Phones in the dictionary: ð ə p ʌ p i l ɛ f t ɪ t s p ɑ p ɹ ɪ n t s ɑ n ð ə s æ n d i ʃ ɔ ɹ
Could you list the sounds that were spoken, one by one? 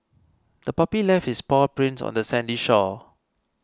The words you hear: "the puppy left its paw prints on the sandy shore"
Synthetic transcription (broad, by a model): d ə p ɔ p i l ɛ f ɪ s p ɑ p ɹ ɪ n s ɑ n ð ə s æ n d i ʃ ɔ